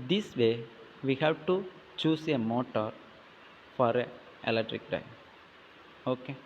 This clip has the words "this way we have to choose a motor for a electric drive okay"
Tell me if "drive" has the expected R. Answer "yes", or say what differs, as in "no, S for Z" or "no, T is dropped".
no, R is dropped